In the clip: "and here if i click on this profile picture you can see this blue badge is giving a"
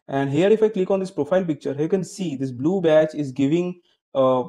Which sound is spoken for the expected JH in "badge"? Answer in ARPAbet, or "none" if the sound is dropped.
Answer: CH